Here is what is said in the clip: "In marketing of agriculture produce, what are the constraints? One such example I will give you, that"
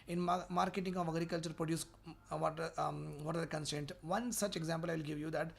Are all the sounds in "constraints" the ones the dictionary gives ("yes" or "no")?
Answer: no